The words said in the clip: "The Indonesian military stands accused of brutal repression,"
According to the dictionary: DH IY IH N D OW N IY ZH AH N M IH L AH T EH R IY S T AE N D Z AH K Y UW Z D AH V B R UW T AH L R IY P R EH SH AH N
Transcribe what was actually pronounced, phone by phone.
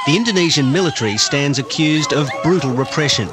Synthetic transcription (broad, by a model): DH IY IH N D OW N IY ZH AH N M IH L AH T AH R IY S T AE N D Z AH K Y UW Z D AH V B R UW T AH L R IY P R EH SH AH N